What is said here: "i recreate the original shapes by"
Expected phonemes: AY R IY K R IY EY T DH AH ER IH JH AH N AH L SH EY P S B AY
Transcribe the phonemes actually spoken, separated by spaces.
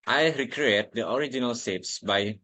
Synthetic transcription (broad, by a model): AY R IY K R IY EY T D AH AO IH JH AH N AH L S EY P S B AY